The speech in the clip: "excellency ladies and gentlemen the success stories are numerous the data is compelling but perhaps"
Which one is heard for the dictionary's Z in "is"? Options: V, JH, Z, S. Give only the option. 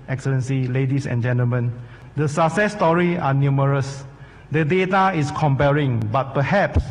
S